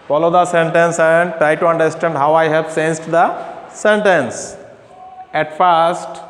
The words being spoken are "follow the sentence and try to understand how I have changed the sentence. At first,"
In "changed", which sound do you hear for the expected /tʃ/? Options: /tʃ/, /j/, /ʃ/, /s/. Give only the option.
/s/